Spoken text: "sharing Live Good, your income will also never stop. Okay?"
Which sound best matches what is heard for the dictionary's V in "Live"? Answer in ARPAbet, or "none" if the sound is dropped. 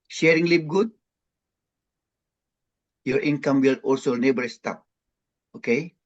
P